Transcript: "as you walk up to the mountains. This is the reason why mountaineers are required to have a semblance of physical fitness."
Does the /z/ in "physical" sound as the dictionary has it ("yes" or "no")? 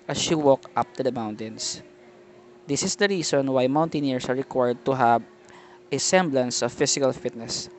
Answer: no